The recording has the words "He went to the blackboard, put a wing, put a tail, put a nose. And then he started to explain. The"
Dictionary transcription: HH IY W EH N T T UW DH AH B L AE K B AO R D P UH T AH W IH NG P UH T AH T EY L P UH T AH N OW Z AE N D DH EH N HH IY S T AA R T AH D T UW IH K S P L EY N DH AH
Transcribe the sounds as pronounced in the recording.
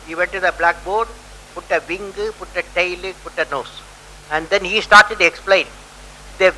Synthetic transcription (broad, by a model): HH IY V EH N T T UW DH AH B L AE K B AO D P UH T AH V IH NG P UH T AH T EY L P UH T AH N OW S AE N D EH N HH IY S T AA R T AH D T UW IH K S P L EY N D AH